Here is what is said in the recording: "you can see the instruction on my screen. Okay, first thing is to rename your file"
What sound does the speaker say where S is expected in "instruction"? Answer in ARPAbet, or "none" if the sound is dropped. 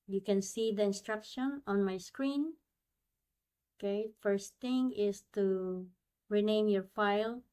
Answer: S